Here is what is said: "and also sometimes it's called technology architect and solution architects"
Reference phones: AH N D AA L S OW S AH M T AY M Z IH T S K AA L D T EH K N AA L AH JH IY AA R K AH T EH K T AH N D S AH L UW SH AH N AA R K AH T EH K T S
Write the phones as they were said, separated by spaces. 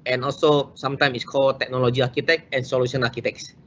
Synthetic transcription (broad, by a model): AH N AA L S OW S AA M T AY M IH T S K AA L T EH K N AA L AH JH IY AA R K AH T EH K AH N S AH L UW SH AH N AA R K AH T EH K S